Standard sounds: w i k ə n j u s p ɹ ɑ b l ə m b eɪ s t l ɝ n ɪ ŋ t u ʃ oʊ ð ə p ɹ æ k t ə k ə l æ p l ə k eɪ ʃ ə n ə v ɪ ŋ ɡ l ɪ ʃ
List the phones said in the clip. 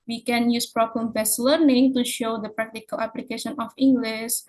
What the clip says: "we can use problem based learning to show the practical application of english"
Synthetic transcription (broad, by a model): w i k ə n j u s p ɹ ɑ b l ə m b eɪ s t l ɝ n ɪ ŋ t u ʃ oʊ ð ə p ɹ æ k t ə k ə l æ p l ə k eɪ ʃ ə n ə f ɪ ŋ ɡ l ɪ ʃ